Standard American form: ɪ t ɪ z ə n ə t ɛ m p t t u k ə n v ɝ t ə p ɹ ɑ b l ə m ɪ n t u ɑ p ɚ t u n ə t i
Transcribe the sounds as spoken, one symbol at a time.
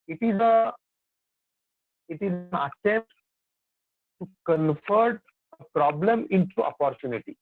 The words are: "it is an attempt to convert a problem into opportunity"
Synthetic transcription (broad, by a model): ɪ t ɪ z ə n ə t ɛ m p t t u k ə n f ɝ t ə p ɹ ɑ b l ə m ɪ n t u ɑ p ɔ t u n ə t i